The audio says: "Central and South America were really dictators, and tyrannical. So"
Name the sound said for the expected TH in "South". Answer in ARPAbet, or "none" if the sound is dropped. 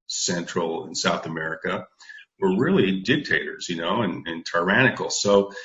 TH